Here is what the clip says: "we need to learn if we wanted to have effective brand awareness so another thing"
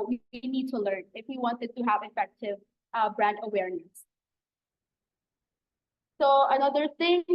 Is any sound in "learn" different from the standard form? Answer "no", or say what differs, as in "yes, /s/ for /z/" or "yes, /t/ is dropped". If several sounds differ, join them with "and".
no